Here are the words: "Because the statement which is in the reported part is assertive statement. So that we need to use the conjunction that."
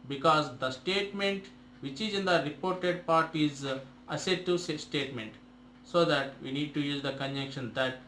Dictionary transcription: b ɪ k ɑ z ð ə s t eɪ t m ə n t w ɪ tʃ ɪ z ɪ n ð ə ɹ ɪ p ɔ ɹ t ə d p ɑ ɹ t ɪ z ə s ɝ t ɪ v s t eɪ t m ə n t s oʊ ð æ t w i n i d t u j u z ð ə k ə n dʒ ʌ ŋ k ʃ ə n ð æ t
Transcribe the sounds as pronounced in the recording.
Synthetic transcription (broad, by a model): b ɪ k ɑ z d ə s t eɪ t m ə n t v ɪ tʃ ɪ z ɪ n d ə ɹ ɪ p ɔ ɹ t ə d p ɑ ɹ t ɪ z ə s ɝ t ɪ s s t eɪ t m ə n t s oʊ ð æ t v i n i d t u j u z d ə k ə n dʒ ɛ k ʃ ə n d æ t